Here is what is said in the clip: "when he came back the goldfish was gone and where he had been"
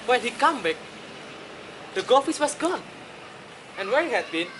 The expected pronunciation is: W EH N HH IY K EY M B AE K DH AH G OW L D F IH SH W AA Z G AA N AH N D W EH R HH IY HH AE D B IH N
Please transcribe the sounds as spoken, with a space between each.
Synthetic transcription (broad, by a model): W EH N HH IY K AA M B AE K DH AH G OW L F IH S W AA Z G AA N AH N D W EH R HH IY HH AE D B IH N